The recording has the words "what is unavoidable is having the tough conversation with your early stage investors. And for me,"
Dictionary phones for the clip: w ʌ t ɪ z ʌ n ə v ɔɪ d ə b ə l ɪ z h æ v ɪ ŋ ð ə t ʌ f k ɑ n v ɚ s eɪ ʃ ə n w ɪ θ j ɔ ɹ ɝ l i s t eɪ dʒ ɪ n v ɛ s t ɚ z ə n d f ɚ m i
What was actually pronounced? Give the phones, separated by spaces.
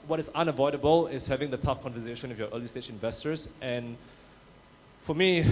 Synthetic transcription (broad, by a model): w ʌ t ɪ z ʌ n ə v ɔɪ d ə b ə l ɪ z h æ v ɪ ŋ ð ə t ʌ f k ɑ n v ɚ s eɪ ʃ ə n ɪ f j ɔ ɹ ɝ l i s t eɪ tʃ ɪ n v ɛ s t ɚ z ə n f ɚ m i